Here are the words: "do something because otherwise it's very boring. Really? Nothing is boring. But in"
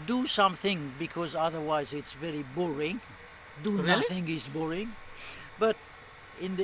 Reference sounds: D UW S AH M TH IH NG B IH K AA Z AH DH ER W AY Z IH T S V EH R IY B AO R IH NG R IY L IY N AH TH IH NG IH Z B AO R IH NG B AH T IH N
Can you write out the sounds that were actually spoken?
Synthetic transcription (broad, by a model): D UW S AH M TH IH NG B IH K AA Z AH DH ER W AY Z IH T S V EH R IY B AO R IH NG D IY N AH TH IH NG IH S B AO R IH NG B AH T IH N